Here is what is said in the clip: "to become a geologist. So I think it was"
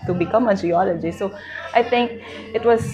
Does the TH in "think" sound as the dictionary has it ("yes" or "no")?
no